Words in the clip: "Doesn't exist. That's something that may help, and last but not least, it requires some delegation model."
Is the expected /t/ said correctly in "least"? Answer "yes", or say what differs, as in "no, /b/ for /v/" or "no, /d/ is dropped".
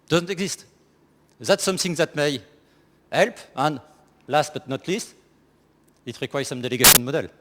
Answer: yes